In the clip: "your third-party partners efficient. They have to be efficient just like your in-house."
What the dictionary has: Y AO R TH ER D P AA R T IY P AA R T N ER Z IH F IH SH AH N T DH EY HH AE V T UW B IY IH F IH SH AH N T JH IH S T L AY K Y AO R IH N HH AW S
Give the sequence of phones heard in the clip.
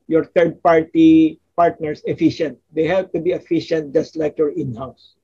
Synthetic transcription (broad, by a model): Y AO R T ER D P AA R T IY P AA R T N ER S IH F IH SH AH N T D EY HH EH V T UW B IY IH F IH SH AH N T JH IH S T L AY K Y AO R IH N HH AW S